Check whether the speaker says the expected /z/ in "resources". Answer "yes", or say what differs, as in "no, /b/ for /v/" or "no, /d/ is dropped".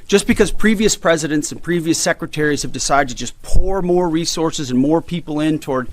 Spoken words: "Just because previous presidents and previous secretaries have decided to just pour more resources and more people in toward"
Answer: yes